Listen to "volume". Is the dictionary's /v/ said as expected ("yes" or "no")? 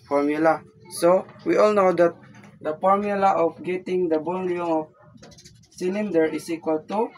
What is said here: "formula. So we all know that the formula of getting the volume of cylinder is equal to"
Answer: no